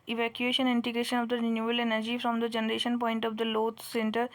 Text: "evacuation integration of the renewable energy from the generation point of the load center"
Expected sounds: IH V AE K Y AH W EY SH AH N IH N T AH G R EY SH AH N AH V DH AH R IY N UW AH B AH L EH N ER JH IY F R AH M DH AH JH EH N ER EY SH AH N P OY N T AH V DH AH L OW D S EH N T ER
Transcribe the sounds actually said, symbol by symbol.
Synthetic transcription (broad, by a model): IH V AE K Y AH EY SH AH N IH N T AH G R EY SH AH N AH V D AH R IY N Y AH AH L EH N ER JH IY F R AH M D AH JH EH N ER EY SH AH N P OY N T AH V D AH L OW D S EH N T ER